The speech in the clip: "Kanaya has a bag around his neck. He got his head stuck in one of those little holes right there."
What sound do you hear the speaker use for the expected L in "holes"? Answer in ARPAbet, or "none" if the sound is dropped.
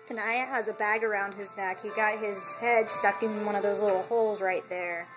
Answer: L